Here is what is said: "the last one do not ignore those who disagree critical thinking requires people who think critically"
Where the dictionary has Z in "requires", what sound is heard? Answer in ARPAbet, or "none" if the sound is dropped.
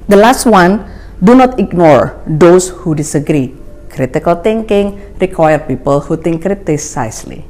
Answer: none